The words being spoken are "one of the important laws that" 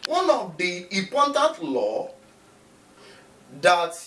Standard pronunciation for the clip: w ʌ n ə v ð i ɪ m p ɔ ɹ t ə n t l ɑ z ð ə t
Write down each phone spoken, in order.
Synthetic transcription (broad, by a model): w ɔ n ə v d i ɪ p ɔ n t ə n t l ɑ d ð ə t